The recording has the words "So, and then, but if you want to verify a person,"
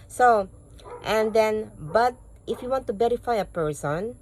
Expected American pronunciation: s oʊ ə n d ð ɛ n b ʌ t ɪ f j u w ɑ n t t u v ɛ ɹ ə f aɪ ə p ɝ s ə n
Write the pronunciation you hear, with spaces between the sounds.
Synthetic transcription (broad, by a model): s oʊ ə n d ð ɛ n b ʌ t ɪ f j u w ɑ n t t u b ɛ ɹ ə f aɪ ə p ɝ s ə n